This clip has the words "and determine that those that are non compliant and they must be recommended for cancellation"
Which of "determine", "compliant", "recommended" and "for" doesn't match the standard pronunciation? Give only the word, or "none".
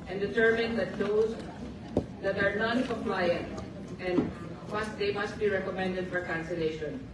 compliant